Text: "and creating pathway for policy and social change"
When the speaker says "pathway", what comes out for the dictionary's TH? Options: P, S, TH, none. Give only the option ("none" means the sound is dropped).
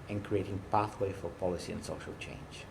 TH